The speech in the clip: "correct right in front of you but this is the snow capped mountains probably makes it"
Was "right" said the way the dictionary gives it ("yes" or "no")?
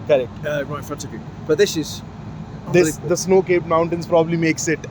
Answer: no